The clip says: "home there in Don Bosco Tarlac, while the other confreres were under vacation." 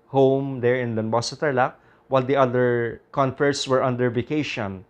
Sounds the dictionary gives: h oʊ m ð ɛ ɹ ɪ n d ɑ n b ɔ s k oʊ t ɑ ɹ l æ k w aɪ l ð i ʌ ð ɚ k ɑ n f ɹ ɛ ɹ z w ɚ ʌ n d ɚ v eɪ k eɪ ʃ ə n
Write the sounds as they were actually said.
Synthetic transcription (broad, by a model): h oʊ m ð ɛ ɹ ɪ n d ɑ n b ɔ s oʊ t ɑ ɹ l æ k w aɪ l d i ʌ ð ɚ k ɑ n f ɛ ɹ s w ɚ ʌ n d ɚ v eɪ k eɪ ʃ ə n